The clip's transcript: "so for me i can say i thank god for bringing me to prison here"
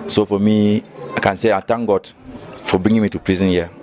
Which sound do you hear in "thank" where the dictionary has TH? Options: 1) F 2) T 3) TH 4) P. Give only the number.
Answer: 2